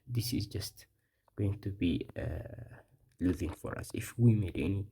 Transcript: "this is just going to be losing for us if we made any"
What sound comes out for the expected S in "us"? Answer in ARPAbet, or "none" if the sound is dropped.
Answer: S